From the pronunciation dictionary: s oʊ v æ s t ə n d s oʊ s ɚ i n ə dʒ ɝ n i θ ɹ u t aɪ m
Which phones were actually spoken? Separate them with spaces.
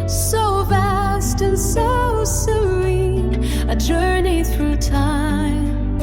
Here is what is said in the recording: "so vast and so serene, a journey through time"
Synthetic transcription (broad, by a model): s oʊ v æ s t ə n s s oʊ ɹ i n ə dʒ ɝ n i θ ɹ u t aɪ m